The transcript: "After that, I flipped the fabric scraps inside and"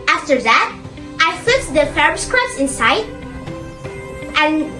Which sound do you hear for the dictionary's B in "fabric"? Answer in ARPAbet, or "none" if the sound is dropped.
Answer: none